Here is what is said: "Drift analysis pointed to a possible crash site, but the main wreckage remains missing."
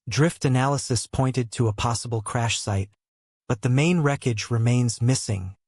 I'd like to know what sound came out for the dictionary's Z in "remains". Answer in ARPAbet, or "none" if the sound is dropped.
Z